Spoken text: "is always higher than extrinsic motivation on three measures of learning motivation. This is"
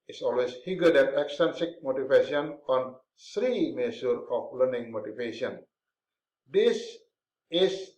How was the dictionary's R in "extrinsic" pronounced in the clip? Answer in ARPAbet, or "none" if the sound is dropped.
none